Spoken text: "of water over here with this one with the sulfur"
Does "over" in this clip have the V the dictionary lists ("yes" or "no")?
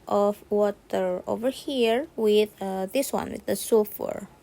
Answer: yes